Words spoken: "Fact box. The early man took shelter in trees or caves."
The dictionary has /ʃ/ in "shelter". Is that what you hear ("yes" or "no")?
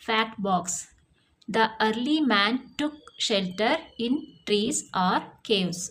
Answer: yes